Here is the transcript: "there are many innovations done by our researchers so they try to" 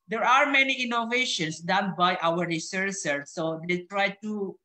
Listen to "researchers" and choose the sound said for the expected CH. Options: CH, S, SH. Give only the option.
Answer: S